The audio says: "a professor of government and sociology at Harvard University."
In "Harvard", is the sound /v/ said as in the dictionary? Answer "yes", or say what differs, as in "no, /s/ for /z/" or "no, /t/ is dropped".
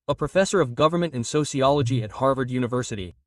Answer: yes